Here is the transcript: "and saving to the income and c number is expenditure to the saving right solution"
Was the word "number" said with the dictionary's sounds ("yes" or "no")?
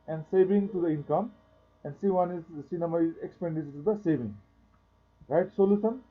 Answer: no